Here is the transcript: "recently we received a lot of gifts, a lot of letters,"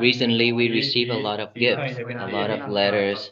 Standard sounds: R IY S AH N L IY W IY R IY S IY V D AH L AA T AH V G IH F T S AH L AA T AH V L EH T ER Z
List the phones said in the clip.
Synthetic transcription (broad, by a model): R IY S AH N L IY W IY R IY S IY V AH L AA T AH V G IH F T S AH L AA T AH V L EH T ER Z